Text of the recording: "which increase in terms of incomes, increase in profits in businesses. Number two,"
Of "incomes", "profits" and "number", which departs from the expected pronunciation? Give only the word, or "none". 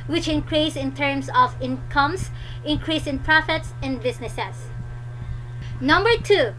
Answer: incomes